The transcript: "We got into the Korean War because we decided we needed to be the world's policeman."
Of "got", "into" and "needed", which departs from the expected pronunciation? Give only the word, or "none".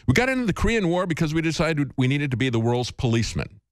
none